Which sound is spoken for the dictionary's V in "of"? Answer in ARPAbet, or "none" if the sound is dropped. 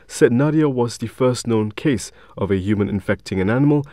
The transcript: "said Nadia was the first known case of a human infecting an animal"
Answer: V